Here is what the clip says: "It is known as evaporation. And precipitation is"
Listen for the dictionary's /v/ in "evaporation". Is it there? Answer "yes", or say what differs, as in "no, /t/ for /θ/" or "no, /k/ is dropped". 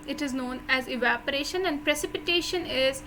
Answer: yes